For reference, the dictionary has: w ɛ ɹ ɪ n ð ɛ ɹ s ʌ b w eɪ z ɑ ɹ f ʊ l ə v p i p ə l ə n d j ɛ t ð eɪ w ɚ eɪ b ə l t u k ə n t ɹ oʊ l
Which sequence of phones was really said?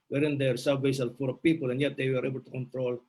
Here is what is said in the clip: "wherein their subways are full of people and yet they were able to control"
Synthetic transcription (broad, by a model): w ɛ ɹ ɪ n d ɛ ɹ s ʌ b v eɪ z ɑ l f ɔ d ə p i p ə l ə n j ɛ t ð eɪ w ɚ eɪ b ə l t u k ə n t ɹ oʊ l